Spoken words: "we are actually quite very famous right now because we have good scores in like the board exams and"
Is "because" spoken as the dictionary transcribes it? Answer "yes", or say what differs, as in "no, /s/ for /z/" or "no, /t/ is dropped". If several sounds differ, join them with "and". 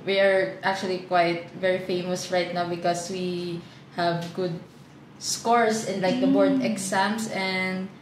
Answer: no, /s/ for /z/